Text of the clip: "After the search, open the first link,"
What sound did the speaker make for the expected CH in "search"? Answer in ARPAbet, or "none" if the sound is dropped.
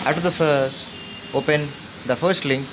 S